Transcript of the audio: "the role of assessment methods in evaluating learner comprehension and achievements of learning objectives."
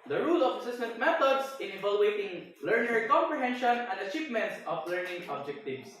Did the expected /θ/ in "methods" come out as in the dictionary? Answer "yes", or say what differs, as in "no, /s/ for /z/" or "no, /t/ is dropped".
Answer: no, /t/ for /θ/